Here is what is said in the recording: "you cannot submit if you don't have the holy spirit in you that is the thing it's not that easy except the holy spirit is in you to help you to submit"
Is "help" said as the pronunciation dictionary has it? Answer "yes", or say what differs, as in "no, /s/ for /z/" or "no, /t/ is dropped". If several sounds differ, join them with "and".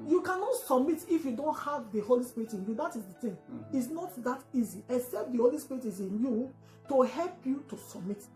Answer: yes